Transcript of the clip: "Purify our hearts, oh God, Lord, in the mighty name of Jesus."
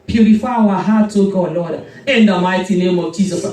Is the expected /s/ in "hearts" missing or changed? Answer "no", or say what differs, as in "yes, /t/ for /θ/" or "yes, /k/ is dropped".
yes, /s/ is dropped